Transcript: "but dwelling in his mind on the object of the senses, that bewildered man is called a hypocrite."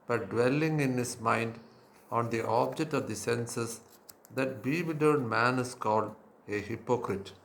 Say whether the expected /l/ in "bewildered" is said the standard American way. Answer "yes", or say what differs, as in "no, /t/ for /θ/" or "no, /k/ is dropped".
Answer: no, /l/ is dropped